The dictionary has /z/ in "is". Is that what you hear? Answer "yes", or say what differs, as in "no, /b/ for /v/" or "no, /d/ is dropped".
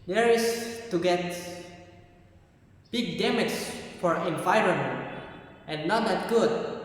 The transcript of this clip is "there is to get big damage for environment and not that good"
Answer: no, /s/ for /z/